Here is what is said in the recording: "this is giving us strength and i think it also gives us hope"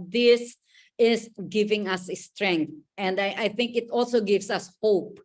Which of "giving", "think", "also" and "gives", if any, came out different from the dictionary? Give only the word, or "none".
gives